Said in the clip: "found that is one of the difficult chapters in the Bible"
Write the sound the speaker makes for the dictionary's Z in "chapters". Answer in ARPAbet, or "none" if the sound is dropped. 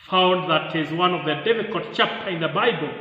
none